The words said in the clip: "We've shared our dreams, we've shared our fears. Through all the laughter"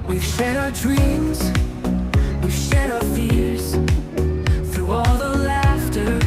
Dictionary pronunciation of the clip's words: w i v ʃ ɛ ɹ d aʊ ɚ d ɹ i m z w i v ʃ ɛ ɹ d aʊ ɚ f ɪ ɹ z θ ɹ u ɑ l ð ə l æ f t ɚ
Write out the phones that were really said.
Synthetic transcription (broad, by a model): w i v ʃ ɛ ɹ d aʊ ɚ d ɹ i m z w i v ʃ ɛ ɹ d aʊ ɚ f ɪ ɹ z θ ɹ u ɑ l ð ə l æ f t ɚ